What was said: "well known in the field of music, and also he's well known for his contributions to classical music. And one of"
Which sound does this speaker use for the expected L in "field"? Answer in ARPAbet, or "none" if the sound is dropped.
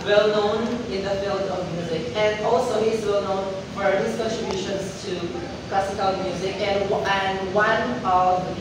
L